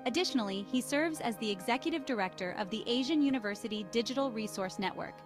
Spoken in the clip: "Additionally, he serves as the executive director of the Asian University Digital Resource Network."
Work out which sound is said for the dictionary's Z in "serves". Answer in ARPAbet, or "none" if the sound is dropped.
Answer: Z